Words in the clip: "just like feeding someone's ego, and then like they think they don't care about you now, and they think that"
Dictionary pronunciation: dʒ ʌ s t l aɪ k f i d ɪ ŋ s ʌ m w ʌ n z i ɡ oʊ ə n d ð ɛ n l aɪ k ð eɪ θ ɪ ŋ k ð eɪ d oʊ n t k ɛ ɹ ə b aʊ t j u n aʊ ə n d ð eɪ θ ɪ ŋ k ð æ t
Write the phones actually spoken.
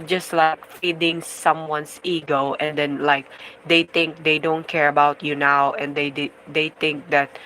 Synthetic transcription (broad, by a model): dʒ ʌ s t l aɪ k f i d ɪ ŋ s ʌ m w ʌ n s i ɡ oʊ ə n d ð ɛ n l aɪ k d eɪ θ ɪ ŋ k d eɪ d oʊ n t k ɛ ɹ ə b aʊ t j u n aʊ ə n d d eɪ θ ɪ ŋ k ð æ t